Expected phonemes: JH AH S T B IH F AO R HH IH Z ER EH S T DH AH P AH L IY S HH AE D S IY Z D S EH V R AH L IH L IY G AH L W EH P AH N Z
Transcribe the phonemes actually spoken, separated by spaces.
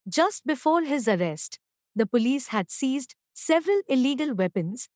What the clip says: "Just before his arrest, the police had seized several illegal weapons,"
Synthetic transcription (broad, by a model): JH AH S T B IH F AO R HH IH Z ER EH S T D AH P AH L IY S HH AE D S IY Z D S EH V R AH L IH L IY G AH L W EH P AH N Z